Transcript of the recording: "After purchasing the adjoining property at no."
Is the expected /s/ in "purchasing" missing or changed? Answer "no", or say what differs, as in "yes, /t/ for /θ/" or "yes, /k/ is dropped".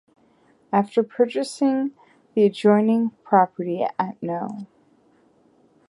no